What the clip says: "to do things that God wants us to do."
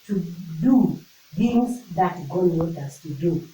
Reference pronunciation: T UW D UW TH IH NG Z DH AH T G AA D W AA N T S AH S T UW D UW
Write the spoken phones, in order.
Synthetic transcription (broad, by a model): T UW D UW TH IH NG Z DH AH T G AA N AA T AH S T UW D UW